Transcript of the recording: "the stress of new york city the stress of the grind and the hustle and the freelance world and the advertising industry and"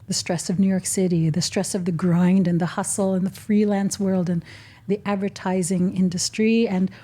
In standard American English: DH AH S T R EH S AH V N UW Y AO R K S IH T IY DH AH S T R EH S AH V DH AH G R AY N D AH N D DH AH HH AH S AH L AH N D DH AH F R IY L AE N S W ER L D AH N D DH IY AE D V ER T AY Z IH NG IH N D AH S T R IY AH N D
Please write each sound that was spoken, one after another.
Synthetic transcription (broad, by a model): DH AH S T R EH S AH V N UW Y AO R K S IH T IY DH AH S T R EH S AH V DH AH G R AY N D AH N DH AH HH AH S L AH N DH AH F R IY L AE N S W ER L D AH N DH IY AE D V ER T AY Z IH NG IH N D AH S T R IY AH N